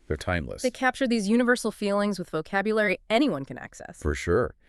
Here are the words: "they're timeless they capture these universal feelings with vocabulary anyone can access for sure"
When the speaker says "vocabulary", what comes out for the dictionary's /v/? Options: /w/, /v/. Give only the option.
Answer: /v/